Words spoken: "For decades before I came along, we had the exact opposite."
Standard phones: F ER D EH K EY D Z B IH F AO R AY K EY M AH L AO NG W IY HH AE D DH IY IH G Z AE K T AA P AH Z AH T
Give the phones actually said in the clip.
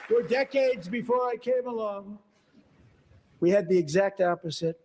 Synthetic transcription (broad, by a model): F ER D EH K EY D Z B IH F AO R AY K EY M AH L AO NG W IY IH D DH IY IH G Z AE K T AA P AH Z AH T